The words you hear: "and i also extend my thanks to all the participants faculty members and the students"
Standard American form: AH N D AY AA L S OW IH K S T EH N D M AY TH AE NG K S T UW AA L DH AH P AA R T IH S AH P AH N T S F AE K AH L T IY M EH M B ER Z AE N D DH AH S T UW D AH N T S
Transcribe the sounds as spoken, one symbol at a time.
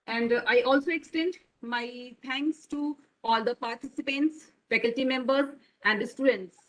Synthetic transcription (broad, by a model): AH N D AY AA L S OW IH K S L EH N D M AY T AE NG K S T UW AA L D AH P AA R T IH S AH P AH N T S F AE K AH L T IY M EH M B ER AE N D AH S T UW D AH N T S